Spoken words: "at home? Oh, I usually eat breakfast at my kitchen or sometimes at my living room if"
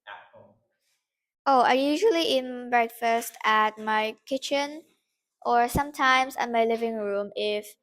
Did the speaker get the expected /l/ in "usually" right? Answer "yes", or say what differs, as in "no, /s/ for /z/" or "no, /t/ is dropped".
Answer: yes